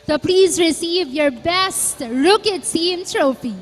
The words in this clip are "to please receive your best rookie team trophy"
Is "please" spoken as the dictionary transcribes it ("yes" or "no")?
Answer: yes